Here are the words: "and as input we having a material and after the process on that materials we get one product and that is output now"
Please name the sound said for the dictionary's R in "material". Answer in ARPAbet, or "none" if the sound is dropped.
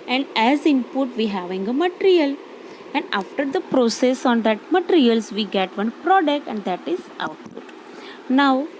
R